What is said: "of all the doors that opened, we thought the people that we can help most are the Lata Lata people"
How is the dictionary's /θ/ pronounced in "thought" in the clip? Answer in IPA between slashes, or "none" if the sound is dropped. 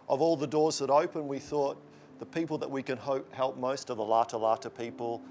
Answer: /θ/